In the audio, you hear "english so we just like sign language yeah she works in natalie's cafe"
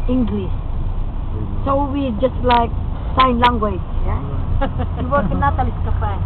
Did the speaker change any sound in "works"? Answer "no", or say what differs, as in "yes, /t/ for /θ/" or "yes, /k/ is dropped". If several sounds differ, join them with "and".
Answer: yes, /s/ is dropped